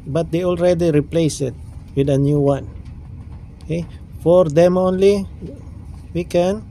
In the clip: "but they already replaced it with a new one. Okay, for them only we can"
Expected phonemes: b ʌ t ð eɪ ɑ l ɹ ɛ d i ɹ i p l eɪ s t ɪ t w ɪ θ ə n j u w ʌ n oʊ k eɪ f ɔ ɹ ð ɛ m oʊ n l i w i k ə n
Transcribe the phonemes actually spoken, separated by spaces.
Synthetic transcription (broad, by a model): b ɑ t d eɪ ɑ l ɹ ɛ d i ɹ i p l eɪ s ɪ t w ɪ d ə n j u w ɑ n oʊ k eɪ f ɔ ɹ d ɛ m oʊ n l i w i k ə n